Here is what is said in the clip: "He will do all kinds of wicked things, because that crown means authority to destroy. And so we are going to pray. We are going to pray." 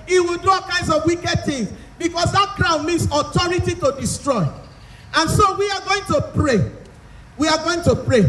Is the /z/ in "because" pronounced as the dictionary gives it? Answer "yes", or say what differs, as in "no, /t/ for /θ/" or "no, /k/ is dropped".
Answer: no, /s/ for /z/